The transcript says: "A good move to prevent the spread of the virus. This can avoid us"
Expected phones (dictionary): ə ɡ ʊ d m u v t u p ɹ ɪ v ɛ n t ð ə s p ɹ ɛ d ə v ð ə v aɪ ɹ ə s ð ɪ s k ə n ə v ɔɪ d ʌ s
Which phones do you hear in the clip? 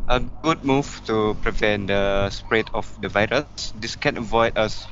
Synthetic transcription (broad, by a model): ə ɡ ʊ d m u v t u p ɹ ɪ v ɛ n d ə s p ɹ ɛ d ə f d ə v aɪ ɹ ə s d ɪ s k ə n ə v ɔɪ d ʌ s